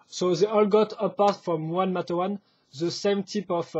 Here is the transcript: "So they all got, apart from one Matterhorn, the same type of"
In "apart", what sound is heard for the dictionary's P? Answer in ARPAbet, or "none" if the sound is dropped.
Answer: P